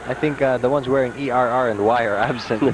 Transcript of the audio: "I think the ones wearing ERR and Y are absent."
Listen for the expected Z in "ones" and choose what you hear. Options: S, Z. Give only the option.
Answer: Z